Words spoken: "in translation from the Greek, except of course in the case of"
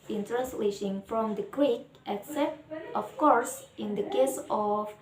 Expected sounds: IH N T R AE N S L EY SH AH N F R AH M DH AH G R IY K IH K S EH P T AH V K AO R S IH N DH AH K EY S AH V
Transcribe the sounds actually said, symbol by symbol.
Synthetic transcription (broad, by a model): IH N T R AE N S L EY SH AH N F R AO M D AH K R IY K IH K S EH P T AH F K AO R S IH N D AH K EY S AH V